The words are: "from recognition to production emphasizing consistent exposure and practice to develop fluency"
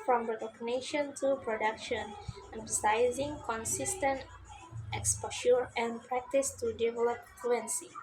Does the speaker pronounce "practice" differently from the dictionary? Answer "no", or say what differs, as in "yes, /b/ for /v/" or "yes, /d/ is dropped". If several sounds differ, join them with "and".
no